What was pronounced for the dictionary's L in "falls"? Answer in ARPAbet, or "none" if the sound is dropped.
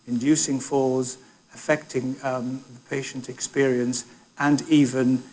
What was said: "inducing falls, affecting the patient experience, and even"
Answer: none